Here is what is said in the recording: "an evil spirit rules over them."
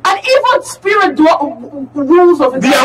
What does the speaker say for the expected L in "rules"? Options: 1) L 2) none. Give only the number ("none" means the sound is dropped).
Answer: 1